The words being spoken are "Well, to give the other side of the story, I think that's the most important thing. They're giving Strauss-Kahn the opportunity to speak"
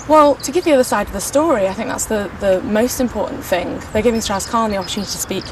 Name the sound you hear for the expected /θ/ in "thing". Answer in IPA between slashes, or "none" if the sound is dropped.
/θ/